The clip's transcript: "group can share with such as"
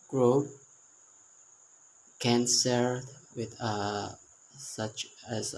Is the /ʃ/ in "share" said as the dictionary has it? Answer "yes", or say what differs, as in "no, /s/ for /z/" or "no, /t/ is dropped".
no, /s/ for /ʃ/